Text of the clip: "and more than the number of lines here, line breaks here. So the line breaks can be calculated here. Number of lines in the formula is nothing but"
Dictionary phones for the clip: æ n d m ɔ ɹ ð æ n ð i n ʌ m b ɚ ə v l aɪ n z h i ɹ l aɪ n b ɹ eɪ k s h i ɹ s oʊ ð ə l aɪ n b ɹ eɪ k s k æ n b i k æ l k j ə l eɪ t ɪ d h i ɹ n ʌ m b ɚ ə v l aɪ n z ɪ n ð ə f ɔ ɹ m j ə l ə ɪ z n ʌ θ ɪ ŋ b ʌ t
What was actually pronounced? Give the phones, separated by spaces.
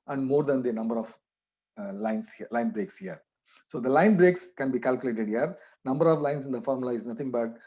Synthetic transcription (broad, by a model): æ n d m ɔ ɹ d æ n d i n ʌ m b ɚ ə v l aɪ n s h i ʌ l aɪ n b ɹ eɪ k s h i ɹ s oʊ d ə l aɪ n b ɹ eɪ k s k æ n b i k æ l k j ə l eɪ t ɪ d h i ɹ n ʌ m b ɚ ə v l aɪ n s ɪ n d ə f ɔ ɹ m l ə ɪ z n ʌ t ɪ ŋ b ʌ t